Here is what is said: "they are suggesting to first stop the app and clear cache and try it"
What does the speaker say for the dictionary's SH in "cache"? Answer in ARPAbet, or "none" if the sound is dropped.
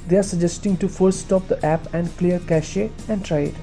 SH